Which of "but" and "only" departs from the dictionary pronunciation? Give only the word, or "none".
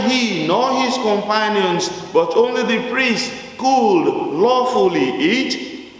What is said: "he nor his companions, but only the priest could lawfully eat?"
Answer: none